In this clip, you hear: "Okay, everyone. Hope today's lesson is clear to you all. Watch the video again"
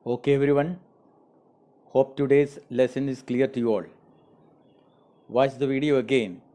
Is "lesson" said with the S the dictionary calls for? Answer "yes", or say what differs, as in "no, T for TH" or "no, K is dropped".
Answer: yes